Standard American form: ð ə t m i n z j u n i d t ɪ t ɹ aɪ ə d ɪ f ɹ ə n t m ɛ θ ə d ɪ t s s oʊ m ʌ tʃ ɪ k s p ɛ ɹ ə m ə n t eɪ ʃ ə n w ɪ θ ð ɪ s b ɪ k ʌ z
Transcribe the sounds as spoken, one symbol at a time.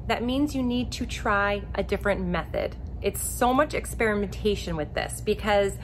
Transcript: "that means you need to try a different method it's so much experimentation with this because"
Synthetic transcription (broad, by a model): ð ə t m i n z j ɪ n i d t ɪ t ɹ aɪ ə d ɪ f ɹ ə n m ɛ θ ə d ɪ t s s oʊ m ʌ tʃ ɪ k s p ɛ ɹ ə m ə n t eɪ ʃ ə n w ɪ ð ɪ s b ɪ k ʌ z